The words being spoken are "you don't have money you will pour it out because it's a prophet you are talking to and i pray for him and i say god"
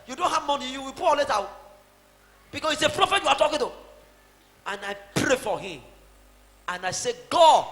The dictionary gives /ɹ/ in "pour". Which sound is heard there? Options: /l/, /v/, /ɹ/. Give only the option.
/l/